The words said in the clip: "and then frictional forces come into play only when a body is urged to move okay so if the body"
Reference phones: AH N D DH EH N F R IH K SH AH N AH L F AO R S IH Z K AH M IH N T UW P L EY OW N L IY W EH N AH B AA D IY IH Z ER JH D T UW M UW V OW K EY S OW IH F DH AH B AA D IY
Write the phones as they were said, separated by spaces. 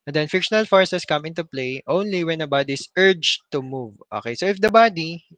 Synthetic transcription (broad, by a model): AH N D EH N F IH K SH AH N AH L F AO R S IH S K AH M IH N T UW P L EY OW N L IY W EH N AH B AA D IY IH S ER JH T UW M UW V OW K EY S OW IH F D AH B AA D IY